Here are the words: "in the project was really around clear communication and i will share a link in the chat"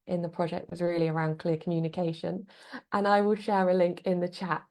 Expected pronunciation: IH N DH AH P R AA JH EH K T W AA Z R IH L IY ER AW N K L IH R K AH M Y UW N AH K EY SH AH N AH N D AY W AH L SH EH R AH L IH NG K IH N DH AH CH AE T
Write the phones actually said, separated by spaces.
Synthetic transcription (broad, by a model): IH N DH AH P R AA JH EH K T W AA Z R IH L IY ER AW N K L IH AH K AH M Y UW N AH K EY SH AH N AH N AY W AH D SH EH R AH L IH NG K IH N DH AH CH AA T